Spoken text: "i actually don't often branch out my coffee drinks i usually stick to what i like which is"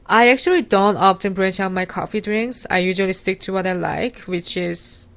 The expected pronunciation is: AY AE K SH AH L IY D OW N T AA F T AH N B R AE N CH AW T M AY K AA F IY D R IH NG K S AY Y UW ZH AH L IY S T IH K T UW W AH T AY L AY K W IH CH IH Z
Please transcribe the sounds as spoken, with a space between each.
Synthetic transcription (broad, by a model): AY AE K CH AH L IY D OW N T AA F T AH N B R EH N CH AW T M AY K AA F IY D R IH NG K S AY Y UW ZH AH L IY S T IH K T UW W AH T AY L AY K W IH CH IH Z